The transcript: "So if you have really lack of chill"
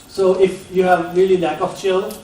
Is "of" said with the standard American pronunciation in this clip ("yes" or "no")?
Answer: no